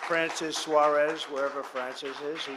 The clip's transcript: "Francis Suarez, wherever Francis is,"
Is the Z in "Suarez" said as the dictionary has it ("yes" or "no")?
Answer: yes